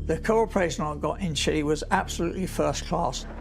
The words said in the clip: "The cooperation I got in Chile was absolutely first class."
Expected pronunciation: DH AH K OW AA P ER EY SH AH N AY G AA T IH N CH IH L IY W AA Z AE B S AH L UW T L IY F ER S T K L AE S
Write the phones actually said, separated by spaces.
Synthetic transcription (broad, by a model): DH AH K OW AA P ER EY SH AH N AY G AA T IH N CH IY W AA Z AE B S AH L UW T L IY F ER S K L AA S